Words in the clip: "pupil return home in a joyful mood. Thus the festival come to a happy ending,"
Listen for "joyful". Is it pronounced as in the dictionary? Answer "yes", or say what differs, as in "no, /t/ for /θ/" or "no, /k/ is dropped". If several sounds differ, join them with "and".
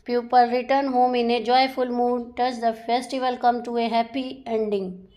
yes